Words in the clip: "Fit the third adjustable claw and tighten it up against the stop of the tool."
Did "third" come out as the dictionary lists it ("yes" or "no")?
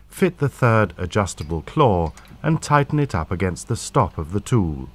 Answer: yes